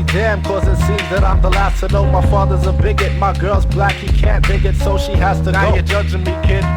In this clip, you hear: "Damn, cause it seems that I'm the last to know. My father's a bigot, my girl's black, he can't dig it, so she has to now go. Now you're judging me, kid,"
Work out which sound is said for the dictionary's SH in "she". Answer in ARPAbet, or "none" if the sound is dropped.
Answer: SH